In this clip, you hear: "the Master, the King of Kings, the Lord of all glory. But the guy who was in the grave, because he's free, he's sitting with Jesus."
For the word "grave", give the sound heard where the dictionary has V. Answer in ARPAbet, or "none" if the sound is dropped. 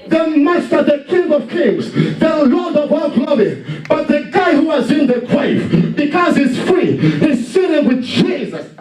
F